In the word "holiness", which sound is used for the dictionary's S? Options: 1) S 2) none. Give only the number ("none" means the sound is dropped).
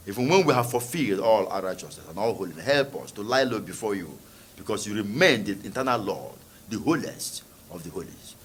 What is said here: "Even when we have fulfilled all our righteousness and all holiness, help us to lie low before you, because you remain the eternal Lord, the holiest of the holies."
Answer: 2